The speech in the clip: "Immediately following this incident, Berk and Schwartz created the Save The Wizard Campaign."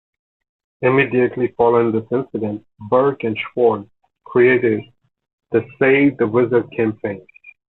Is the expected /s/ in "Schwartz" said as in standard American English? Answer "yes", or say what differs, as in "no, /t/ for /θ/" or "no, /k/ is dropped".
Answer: no, /s/ is dropped